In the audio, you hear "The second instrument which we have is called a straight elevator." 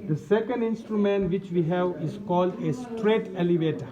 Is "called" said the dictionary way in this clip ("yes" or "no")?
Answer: yes